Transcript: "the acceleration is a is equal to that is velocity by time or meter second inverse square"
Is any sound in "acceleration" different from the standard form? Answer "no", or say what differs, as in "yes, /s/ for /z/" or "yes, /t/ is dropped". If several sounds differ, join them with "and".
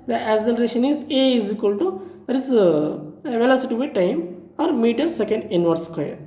yes, /k/ is dropped